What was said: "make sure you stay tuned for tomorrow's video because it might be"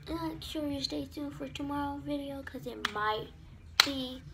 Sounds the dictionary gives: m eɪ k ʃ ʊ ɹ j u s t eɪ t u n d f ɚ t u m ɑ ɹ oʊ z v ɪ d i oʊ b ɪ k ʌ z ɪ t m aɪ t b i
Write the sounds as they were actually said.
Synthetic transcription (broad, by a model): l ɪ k ʃ ʊ ɹ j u s t eɪ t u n f ɚ t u m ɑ ɹ oʊ v ɪ d i oʊ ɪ k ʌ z ɪ t m aɪ t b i